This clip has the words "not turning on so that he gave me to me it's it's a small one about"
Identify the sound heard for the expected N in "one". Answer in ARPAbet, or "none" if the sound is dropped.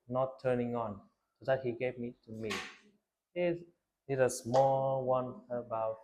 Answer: N